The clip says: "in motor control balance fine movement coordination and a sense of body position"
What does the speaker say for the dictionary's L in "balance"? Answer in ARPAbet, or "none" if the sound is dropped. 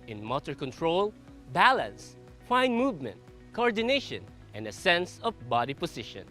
L